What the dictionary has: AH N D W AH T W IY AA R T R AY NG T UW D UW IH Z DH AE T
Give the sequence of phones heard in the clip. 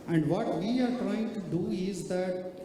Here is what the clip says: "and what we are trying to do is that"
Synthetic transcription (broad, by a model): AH N D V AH T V IY AA R T R AY NG T UW D UW IH Z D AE T